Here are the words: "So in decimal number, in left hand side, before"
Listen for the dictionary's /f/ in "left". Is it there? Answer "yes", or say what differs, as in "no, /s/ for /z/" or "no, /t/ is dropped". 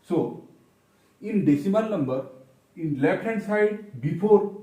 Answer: no, /p/ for /f/